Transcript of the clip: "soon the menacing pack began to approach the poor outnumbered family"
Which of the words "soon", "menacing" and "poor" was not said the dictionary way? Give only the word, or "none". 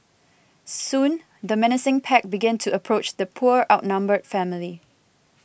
none